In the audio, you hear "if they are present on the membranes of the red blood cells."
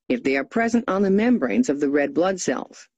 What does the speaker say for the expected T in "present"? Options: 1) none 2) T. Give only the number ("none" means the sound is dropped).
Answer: 2